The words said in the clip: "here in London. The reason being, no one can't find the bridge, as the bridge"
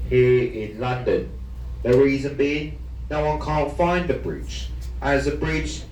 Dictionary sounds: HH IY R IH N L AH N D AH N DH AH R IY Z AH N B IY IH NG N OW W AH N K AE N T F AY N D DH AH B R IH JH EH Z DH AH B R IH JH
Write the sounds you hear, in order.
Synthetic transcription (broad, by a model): HH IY R IH N L AH N D AH N DH AH R IY Z AH N B IY IH NG N OW W AH N K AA N T F AY N DH AH B R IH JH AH Z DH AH B R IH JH